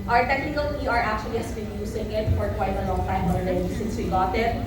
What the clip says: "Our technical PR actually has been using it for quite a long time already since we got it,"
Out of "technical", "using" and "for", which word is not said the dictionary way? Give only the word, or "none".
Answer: using